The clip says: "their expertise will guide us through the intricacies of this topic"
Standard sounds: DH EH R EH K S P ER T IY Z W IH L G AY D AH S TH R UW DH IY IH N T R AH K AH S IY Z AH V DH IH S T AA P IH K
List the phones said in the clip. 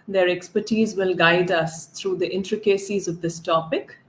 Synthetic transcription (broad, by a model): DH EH R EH K S P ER T IY Z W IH L G AY D AH S T R UW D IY IH N T R AH K AH S IY Z AH V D IH S T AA P IH K